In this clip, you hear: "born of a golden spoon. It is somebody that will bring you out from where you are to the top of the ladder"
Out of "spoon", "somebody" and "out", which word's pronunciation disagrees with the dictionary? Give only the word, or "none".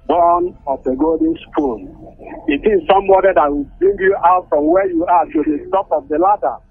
spoon